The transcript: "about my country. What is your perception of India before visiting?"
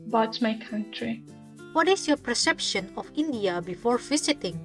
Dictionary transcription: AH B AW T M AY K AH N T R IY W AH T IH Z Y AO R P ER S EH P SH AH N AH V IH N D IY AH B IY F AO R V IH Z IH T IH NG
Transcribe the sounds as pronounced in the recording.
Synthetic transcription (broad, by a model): B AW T M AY K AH N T R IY W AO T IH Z Y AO P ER S EH P SH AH N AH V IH N D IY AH B IY F AO R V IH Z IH T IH NG